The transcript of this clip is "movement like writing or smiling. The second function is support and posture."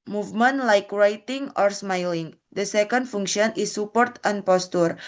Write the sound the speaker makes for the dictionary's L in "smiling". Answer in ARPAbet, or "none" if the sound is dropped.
L